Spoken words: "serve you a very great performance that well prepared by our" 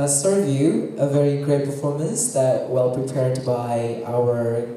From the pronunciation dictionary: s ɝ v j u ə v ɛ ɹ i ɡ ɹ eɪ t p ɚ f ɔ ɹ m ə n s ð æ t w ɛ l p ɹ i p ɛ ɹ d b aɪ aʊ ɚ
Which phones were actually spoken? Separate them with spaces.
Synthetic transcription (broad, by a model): s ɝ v j u ə v ɛ ɹ i ɡ ɹ eɪ t p ɚ f ɔ ɹ m ə n s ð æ t w ɛ l p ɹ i p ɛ ɹ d b aɪ aʊ ɚ